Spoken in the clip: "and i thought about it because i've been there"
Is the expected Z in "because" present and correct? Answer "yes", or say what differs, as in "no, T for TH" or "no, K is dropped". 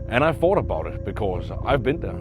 yes